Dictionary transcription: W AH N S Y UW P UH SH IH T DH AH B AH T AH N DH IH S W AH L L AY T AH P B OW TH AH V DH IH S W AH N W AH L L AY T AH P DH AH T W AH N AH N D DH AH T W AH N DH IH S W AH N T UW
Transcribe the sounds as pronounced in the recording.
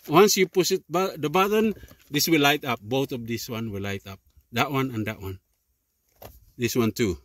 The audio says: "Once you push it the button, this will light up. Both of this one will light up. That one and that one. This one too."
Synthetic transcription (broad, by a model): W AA N S Y UW P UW S IH T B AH B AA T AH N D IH S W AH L L AY T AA P B OW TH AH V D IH S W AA N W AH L L AY T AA P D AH T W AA N AH N D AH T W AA N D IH S W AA N T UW